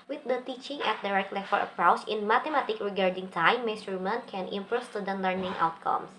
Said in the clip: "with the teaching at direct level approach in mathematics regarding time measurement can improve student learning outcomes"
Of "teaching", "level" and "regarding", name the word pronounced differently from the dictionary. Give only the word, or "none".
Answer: level